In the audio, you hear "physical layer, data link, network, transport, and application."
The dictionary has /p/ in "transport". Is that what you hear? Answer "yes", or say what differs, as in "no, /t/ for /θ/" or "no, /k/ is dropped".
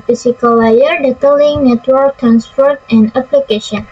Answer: no, /f/ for /p/